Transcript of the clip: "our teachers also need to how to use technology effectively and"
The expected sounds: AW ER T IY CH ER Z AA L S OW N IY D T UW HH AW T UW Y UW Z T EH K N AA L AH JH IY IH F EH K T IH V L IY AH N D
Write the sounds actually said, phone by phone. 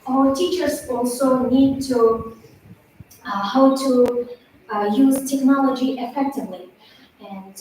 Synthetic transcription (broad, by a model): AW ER T IY CH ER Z AA L S OW N IY D T UW HH AW T UW Y UW Z T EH K N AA L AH JH IY IH F EH K T IH V L IY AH N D